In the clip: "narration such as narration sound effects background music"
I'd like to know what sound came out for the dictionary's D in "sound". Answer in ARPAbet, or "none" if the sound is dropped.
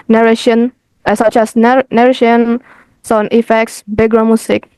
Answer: none